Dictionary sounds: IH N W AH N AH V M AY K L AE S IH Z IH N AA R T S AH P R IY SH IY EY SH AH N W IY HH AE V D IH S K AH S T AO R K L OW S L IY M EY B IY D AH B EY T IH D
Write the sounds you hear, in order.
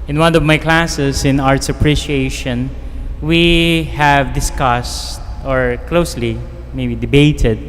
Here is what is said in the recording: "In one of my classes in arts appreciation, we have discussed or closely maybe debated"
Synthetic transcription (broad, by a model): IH N W AH N AH V M AY K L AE S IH S IH N AA R T S AH P R IY SH IY EY SH AH N W IY HH AE V D IH S K AH S T AO R K L OW S L IY M EY B IY D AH B EY T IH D